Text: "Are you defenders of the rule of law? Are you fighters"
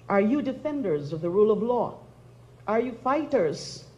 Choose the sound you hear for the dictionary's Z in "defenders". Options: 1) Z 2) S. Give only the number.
1